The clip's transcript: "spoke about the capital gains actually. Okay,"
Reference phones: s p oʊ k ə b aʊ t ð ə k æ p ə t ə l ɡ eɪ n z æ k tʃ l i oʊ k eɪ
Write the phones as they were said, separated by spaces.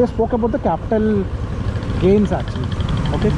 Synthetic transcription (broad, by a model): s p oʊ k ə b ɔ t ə k æ p ə t ə l ɡ eɪ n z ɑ tʃ i oʊ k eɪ